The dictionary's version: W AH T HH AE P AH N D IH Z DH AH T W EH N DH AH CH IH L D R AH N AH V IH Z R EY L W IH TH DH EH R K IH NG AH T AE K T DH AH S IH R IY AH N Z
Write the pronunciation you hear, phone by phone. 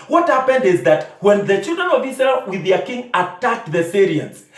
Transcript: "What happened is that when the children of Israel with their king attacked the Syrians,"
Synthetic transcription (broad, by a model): W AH T HH AE P AH N D IH Z DH AH T W EH N DH AH CH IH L D R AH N AH V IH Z R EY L W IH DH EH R K IH NG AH T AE K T DH AH S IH R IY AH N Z